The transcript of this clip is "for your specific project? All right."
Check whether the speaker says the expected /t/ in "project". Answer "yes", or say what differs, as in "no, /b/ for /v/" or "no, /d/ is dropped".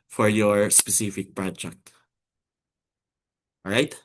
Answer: yes